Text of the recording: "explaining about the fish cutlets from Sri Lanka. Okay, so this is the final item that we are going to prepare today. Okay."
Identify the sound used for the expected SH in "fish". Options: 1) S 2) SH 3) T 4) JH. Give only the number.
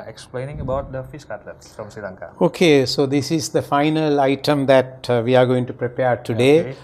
1